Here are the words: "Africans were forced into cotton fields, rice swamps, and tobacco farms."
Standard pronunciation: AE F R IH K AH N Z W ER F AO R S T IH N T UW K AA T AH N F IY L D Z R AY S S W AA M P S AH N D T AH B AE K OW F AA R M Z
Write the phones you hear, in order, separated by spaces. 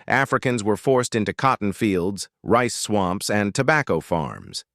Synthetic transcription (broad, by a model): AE F R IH K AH N Z W ER F AO R S T IH N T UW K AA T N F IY L D Z R AY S S W AA M P S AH N T AH B AE K OW F AA R M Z